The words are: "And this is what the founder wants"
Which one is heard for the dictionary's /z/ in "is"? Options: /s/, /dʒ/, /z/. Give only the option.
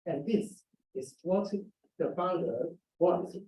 /s/